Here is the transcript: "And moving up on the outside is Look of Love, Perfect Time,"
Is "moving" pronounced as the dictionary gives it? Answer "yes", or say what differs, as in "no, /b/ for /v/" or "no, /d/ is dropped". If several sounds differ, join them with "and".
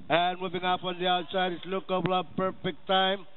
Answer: yes